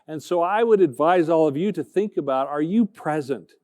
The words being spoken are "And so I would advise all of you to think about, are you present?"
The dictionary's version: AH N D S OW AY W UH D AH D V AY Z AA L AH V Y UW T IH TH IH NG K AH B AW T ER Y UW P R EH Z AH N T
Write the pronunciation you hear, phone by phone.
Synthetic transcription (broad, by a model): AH N S OW AY W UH D AH D V AY Z AA L AH V Y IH T IH TH IH NG K AH B AW T ER Y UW P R EH Z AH N T